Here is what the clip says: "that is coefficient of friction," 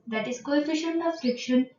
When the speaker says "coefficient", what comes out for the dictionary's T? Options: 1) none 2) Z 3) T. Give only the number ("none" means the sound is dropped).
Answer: 1